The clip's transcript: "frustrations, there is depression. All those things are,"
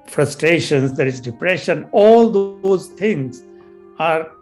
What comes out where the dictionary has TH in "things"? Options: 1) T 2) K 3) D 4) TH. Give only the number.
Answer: 1